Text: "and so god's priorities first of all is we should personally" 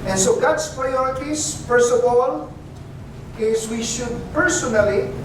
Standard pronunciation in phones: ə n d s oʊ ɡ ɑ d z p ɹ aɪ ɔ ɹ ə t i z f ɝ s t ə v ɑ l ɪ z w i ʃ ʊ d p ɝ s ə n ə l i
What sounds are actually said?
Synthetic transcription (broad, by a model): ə n s oʊ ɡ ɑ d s p ɹ aɪ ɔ ɹ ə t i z f ɝ s t ə v ɑ l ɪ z w i ʃ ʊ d p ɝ s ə n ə l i